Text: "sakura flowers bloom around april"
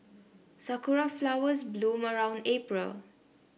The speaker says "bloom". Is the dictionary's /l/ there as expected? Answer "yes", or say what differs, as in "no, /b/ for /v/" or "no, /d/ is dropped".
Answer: yes